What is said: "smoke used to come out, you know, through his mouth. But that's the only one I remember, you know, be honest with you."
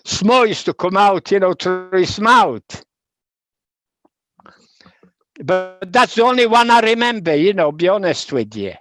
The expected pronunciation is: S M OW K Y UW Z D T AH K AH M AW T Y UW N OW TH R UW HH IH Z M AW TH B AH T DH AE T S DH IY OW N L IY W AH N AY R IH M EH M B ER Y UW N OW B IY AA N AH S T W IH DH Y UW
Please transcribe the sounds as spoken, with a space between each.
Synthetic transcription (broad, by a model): S M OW Y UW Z T AH K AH M AW T Y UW N OW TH R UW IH S M AW T B AH T DH AE T S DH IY OW N L IY W AH N AY R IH M EH M B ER Y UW N OW B IY AA N AH S T W IH DH Y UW